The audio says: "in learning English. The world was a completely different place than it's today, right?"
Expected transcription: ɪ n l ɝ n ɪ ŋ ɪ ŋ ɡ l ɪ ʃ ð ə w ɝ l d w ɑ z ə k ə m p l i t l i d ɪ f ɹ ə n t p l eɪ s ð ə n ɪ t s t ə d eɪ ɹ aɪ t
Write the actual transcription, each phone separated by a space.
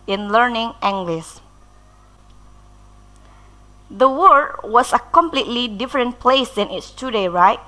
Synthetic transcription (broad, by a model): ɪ n l ɝ n ɪ ŋ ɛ ŋ ɡ l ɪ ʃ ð ə w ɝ d w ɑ s ə k ə m p l i t l i d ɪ f ɹ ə n p l eɪ s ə n ɪ t s t ə d eɪ ɹ aɪ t